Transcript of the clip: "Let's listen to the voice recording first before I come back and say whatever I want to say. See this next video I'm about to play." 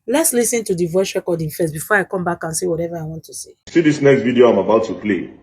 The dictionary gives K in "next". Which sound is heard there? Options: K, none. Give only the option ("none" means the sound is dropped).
K